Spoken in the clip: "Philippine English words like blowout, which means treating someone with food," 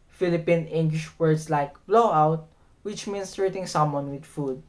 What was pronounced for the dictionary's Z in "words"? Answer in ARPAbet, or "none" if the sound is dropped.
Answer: S